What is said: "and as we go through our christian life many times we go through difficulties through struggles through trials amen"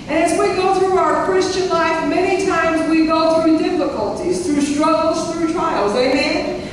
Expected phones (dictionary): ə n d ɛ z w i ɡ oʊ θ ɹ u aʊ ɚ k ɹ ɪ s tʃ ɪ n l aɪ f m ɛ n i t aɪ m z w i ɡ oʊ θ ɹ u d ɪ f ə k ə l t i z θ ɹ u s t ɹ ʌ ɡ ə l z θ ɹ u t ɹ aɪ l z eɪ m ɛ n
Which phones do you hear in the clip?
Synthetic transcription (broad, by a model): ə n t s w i ɡ oʊ θ ɹ u aʊ ɚ k ɹ ɪ s tʃ ɪ n l aɪ f m ɛ n i t aɪ m z w i ɡ oʊ θ ɹ u d ɪ f ə k ə l t i z θ ɹ u s t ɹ ʌ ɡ l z θ ɹ u t ɹ aɪ l z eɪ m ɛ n